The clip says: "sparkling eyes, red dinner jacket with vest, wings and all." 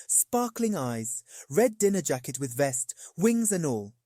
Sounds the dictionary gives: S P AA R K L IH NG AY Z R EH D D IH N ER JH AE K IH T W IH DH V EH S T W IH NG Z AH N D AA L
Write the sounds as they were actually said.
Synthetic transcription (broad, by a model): S P AA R K L IH NG AY Z R EH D D IH N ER JH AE K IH T W IH DH V EH S T W IH NG Z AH N AA L